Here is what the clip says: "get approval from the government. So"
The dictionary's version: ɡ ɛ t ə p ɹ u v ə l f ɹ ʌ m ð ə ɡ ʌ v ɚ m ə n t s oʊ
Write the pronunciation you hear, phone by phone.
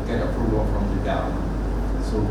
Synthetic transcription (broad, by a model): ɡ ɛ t ə p ɹ u v ə l f ɹ ʌ m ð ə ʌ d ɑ ə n s oʊ